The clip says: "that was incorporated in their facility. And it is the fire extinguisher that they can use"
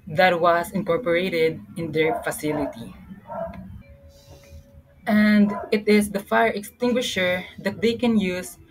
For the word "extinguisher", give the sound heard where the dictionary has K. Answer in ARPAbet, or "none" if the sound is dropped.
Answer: K